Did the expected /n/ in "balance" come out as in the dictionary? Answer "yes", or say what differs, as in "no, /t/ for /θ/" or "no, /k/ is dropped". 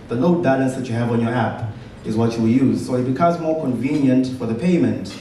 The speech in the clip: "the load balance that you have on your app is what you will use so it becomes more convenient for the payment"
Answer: no, /n/ is dropped